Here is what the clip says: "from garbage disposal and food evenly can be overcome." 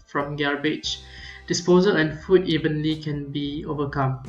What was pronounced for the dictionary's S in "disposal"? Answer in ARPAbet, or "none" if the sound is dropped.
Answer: S